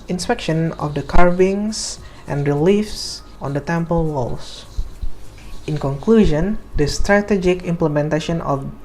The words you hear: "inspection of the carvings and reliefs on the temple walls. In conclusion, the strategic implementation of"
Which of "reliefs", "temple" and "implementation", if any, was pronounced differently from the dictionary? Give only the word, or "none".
none